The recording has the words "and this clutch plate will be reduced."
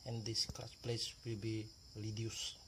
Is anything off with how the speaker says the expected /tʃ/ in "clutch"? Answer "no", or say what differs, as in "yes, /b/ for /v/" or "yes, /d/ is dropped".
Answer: yes, /s/ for /tʃ/